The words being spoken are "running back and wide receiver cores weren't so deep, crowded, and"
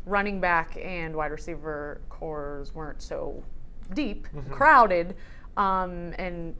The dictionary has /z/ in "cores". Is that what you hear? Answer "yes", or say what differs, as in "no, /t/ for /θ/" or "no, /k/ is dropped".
yes